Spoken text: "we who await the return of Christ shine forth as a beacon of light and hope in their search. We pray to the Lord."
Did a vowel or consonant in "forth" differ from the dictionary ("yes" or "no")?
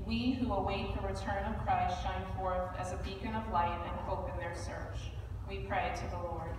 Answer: no